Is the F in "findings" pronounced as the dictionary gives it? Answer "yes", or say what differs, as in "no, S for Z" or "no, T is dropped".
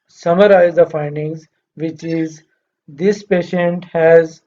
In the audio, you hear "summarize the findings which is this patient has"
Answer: yes